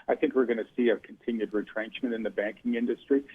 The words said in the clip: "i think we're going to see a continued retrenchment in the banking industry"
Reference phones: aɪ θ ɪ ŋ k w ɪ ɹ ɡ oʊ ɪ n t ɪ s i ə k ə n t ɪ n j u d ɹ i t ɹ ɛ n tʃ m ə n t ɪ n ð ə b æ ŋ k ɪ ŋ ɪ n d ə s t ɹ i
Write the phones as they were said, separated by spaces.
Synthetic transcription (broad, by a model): aɪ θ ɪ ŋ k w ɪ ɹ ɡ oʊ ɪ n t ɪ s i ə k n t ɪ n j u d ɹ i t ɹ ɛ n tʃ m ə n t ɪ n ð ə b æ ŋ k ɪ ŋ ɪ n d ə s t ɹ i